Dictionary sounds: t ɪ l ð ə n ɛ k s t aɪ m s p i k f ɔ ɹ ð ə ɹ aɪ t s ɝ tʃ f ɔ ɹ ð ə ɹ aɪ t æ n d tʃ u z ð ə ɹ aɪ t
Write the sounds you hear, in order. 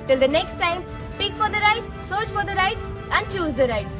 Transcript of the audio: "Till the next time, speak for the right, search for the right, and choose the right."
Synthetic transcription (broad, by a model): t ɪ l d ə n ɛ k s t aɪ m s p i k f ɔ ɹ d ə ɹ aɪ t s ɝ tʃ f ɔ ɹ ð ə ɹ aɪ t æ n d tʃ u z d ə ɹ aɪ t